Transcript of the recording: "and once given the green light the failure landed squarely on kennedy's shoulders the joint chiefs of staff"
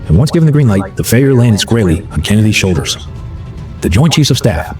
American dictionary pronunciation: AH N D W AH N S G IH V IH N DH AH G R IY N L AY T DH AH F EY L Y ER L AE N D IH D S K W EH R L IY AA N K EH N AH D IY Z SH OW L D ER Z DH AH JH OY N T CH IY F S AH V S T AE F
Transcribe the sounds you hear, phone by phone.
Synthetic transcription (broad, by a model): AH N W AH N S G IH V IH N DH AH G R IY N L AY T DH AH F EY Y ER L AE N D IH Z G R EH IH L IY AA N K EH N AH D IY Z SH OW L D ER Z DH AH JH OY N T CH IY S AH V S T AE F